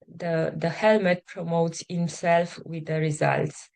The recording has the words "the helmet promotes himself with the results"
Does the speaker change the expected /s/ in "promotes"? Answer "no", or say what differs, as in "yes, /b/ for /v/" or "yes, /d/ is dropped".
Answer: no